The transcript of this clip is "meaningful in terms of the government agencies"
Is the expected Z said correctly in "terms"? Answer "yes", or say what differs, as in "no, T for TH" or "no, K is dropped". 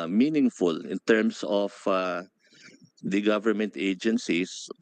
no, S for Z